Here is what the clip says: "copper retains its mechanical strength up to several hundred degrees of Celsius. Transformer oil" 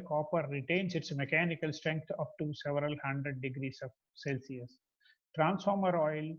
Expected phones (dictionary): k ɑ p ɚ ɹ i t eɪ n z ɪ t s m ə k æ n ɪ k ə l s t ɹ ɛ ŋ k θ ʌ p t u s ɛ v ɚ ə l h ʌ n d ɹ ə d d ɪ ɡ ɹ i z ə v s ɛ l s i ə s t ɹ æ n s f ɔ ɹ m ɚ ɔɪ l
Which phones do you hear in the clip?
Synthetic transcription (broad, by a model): k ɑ p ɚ ɹ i t eɪ n s ɪ t s m ə k æ n ɪ k ə l s t ɹ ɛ ŋ k t ʌ p t u s ɛ v ɚ ə l h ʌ n d ɹ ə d d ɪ ɡ ɹ i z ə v s ɛ l s i ə s t ɹ æ n s f ɔ ɹ m ɚ ɔɪ l